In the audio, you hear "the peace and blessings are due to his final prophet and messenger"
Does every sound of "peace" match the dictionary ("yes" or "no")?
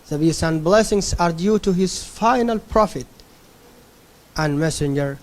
no